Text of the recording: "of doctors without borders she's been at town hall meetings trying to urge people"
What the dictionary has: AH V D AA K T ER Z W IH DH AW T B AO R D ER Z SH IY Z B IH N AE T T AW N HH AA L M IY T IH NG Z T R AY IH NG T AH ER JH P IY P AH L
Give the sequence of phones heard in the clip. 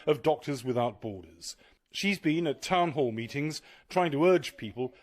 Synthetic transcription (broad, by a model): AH V D AA K T ER Z W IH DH AW T B AO R D ER Z SH IY Z B IH N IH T T AW N HH AA L M IY T IH NG Z T R AY IH NG T AH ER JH P IY P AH L